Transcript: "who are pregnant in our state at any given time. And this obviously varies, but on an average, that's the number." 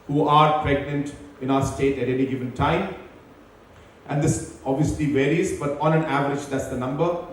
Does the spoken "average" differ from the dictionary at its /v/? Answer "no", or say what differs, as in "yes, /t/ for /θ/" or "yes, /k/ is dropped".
no